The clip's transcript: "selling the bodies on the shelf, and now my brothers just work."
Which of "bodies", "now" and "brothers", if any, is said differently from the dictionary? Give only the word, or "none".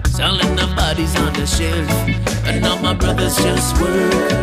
none